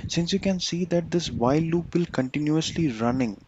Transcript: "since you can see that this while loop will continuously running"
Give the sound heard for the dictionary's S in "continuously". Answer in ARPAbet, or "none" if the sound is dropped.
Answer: S